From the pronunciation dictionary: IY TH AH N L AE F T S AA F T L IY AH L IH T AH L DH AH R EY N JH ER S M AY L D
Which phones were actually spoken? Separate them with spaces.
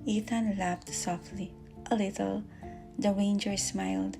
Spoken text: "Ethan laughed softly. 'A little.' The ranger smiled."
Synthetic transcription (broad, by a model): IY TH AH N L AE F T S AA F T L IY AH L IH T AH L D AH W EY N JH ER S M AY L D